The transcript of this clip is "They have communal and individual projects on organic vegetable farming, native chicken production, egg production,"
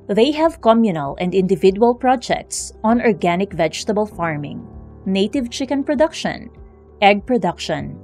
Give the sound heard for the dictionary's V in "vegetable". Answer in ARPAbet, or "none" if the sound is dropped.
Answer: V